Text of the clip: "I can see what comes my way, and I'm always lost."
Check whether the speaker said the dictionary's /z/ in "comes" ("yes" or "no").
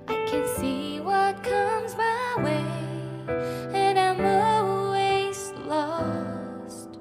yes